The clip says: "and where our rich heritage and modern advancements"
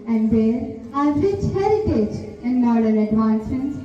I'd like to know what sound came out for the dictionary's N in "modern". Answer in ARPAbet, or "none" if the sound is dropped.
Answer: L